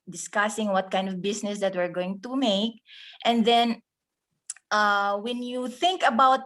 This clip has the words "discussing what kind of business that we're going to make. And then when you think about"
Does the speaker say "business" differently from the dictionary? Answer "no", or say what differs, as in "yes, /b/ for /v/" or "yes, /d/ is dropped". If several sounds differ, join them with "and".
yes, /s/ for /z/